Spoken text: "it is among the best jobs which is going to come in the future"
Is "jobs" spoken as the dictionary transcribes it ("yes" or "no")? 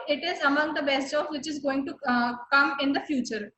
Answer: no